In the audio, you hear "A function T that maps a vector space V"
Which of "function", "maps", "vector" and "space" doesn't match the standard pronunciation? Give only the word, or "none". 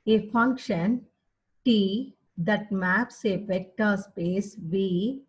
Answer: vector